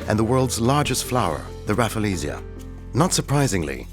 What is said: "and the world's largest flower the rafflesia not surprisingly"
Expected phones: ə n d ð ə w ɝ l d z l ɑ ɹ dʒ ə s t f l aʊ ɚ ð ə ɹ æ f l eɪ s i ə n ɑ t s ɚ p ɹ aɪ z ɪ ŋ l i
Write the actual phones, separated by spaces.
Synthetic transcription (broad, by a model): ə n ð ə w ɝ l d z l ɑ ɹ dʒ ə s t f l aʊ ɚ ð ə ɹ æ f l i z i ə n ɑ t s ɚ p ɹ aɪ z ɪ ŋ l i